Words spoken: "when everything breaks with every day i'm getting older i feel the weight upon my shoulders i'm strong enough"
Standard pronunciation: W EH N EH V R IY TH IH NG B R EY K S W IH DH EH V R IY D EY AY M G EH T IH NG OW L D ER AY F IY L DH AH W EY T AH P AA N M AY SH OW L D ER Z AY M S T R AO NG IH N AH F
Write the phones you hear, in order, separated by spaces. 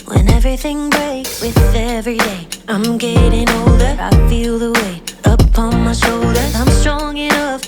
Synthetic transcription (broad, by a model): W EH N EH V R IY TH IH NG B R EY K S W IH DH EH V R IY D EY AY M G EH T IH NG OW L D ER AY F IY L DH AH W EY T AH P AA N M AY SH OW L D ER Z AY M S T R AO NG IH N AH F